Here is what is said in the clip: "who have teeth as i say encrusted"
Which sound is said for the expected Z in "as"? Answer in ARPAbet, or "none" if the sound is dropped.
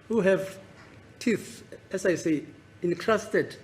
S